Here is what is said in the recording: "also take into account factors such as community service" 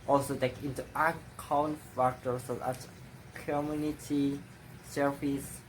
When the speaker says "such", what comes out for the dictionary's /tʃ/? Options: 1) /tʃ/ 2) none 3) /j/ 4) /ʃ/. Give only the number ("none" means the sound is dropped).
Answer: 2